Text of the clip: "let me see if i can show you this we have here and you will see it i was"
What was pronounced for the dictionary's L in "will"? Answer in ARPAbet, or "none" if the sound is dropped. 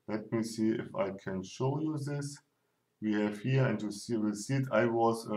W